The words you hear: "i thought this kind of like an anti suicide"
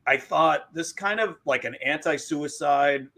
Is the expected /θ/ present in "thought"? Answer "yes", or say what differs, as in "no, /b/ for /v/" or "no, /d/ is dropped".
yes